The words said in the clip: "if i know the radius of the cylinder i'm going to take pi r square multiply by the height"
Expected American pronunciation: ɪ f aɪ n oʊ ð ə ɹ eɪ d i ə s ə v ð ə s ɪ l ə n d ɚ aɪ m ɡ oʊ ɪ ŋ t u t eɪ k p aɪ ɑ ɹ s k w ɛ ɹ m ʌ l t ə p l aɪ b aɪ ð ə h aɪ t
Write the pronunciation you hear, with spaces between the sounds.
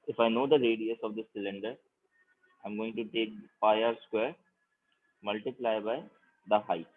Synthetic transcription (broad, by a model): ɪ f aɪ n oʊ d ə ɹ eɪ d i ə s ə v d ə s ɪ l ə n d ɚ aɪ m ɡ oʊ ɪ ŋ t u t eɪ k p aɪ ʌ ɹ s k w ɛ ɹ m ʌ l t ə p l aɪ b aɪ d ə h aɪ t